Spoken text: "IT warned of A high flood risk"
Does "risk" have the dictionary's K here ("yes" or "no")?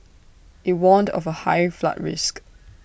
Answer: yes